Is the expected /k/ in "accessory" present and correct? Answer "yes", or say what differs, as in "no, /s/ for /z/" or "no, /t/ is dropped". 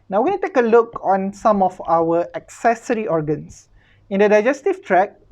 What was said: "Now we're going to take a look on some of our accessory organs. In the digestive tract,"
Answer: yes